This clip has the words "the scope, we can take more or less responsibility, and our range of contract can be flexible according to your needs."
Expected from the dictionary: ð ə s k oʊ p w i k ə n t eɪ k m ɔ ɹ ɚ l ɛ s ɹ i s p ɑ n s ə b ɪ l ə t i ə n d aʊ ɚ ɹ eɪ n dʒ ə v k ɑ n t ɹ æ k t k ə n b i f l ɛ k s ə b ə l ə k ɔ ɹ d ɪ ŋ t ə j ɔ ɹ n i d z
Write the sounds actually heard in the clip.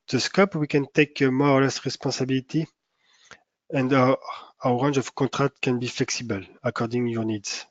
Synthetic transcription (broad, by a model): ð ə s k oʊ p w i k ə n t eɪ k m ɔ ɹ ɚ l ɛ s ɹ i s p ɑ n s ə b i l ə t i ə n d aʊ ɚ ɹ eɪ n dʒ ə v k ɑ t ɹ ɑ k t k ə n b i f l ɛ k s ə b ə l ə k ɔ ɹ d ɪ ŋ j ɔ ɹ n i d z